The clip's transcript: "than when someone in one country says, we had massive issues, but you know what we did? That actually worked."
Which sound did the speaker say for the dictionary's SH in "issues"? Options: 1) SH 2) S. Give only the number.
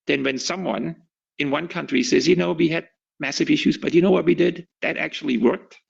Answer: 1